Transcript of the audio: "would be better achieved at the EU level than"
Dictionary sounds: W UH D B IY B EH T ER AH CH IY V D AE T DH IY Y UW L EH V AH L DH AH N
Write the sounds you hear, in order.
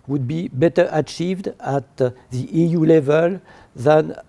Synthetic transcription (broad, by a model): W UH D B IY B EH T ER AH CH IY V D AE T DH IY Y UW L EH V AH L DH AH N